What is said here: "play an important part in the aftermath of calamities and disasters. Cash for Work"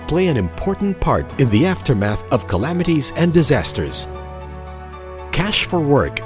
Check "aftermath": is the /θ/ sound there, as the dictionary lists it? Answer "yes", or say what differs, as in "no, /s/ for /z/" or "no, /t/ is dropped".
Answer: yes